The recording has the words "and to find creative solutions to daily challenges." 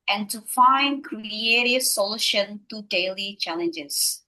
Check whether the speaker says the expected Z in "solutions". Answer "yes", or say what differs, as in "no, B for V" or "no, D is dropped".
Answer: no, Z is dropped